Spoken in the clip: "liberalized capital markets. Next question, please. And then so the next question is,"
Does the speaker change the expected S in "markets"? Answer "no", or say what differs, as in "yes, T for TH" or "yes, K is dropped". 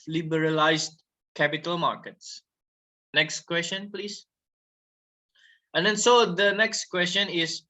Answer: no